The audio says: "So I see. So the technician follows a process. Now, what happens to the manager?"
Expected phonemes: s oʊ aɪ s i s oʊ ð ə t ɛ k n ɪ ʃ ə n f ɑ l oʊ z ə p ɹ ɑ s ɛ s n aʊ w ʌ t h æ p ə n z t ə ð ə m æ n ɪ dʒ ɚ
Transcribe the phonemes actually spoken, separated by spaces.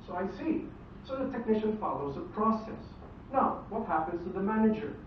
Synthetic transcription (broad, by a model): s oʊ aɪ s i s oʊ ð ə t ɛ k n ɪ ʃ ə n f ɑ l oʊ z ə p ɹ ɑ s ɛ s n aʊ w ʌ t h æ p ə n z t ə ð ə m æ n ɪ dʒ ɚ